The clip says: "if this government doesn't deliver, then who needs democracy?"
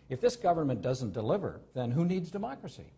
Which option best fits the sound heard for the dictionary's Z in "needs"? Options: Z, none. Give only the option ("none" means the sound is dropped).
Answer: Z